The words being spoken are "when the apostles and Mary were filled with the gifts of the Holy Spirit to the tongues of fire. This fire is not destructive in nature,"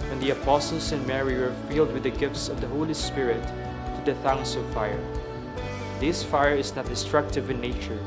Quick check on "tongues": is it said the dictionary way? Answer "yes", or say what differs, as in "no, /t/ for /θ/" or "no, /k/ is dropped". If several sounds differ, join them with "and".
no, /s/ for /z/